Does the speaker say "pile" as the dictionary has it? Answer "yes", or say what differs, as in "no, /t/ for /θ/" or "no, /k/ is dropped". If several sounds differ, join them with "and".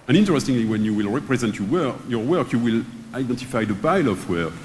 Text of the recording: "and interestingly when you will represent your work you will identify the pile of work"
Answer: no, /b/ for /p/